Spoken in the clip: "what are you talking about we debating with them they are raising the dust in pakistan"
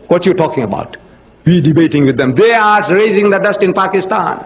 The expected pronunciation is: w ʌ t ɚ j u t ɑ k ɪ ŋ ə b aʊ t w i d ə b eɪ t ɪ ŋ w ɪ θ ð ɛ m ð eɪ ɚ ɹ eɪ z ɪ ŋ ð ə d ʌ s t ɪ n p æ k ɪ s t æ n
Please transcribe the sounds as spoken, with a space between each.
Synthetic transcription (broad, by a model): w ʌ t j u t ɑ k ɪ ŋ ə b aʊ t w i d ə b eɪ t ɪ ŋ w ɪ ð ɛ m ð eɪ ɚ ɹ eɪ z ɪ ŋ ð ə d ʌ s t ɪ n p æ k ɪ s t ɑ n